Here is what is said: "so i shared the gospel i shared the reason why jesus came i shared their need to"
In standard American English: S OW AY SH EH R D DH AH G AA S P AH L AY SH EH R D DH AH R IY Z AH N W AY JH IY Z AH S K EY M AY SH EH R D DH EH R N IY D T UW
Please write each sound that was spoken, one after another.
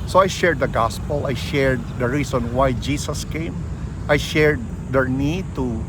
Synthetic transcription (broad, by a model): S OW AY SH EH R D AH G AA S P AH L AY SH EH R D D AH R IY S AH N W AY JH IY S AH S K EY M AY SH EH R D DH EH R N IY D T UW